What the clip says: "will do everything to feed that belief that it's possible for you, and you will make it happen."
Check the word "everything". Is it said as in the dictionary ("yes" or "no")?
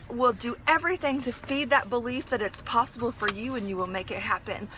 yes